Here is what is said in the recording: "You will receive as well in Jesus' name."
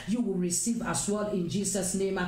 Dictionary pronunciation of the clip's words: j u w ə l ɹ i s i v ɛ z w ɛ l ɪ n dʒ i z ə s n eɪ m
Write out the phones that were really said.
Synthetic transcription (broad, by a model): j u w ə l ɹ i s i v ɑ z w ɛ l ɪ n dʒ i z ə s n eɪ m